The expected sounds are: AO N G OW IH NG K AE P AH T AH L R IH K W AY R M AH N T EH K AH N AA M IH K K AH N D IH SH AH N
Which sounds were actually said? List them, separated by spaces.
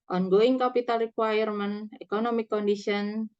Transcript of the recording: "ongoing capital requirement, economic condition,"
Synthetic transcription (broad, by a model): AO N G OW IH NG K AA P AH T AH L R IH K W AY R M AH N EH K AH N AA M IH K K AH N D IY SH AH N